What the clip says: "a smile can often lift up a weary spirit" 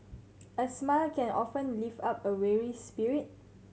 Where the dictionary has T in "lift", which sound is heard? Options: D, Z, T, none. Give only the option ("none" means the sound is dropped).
none